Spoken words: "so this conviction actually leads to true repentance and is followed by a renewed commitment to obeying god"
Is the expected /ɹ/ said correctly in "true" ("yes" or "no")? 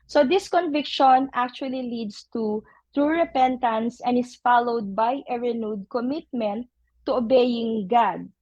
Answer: yes